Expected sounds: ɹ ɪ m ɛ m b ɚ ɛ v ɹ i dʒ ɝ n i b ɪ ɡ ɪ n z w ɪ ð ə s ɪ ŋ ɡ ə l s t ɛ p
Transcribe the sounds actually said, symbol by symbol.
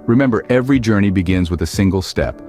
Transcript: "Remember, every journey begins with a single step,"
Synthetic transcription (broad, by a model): ɹ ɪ m ɛ m b ɚ ɛ v ɹ i dʒ ɝ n i b ɪ ɡ ɪ n z w ɪ ð ə s ɪ ŋ ɡ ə l s t ɛ p